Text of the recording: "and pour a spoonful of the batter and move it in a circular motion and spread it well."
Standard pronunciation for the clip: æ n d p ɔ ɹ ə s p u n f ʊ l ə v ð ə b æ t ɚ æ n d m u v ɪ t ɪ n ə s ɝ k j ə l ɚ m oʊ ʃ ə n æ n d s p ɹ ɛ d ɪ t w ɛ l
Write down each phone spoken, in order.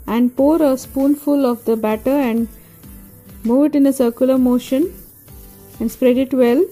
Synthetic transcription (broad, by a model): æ n d p ɔ ɹ ə s p u n f ʊ l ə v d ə b æ t ɚ æ n d m u v ɪ t ɪ n ə s ɝ k j ə l ɚ m oʊ ʃ ə n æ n d s p ɹ ɛ d ɪ t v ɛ l